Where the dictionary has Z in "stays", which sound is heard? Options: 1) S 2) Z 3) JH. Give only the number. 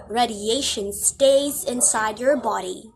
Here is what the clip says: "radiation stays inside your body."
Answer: 2